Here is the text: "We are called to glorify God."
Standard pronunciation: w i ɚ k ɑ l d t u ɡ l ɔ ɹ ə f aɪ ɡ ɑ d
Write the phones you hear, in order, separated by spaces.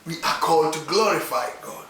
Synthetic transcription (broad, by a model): w i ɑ k ɑ l d t u ɡ l ɔ ɹ ə f aɪ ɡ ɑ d